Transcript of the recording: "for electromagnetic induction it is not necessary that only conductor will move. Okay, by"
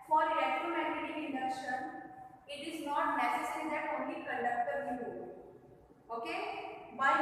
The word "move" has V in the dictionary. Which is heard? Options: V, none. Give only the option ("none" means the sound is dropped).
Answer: none